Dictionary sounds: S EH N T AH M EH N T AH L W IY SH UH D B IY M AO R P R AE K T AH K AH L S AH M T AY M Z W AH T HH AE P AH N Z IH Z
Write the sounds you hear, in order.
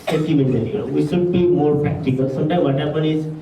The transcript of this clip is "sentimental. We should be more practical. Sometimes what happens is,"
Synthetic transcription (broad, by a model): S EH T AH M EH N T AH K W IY SH UH D B IY M AO R P R AE K T AH K AH L S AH M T AY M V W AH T HH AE P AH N IH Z